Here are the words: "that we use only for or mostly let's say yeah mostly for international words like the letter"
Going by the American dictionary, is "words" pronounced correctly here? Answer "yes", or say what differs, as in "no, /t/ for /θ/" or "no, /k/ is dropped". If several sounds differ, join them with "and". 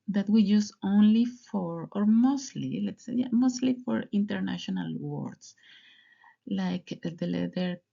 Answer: no, /s/ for /z/